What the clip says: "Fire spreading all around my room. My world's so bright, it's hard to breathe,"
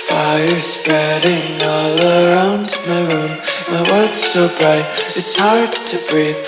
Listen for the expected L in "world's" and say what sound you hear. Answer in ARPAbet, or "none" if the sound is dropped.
none